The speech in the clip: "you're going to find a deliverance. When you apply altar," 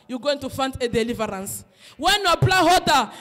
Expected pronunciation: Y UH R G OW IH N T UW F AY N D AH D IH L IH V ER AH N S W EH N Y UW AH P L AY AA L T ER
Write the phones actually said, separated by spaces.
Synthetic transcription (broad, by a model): Y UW G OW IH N T UW F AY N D AH D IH L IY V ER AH N S W EH N Y UW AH B L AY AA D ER